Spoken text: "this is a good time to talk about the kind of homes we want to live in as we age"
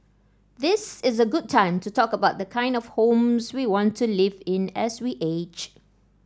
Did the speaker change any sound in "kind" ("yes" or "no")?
no